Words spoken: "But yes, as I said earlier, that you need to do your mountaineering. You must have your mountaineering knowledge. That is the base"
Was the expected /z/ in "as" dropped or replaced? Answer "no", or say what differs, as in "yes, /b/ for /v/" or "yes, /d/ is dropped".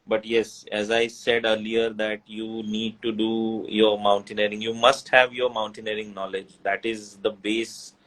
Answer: no